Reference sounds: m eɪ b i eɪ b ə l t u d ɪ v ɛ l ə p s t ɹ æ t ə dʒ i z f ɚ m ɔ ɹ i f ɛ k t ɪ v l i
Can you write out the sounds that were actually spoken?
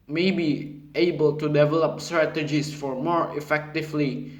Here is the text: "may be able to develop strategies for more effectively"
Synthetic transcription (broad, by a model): m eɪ b i eɪ b ə l t u d ɪ v ɛ l ə p s t ɹ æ t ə dʒ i s f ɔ m ɔ ɹ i f ɛ k t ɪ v l i